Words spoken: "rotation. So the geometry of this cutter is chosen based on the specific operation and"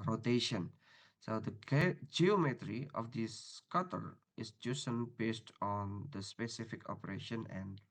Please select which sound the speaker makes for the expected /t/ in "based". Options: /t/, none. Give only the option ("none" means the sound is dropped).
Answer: /t/